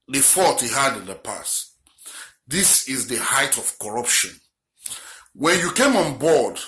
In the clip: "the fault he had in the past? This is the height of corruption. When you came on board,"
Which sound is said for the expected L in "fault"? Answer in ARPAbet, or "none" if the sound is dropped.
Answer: none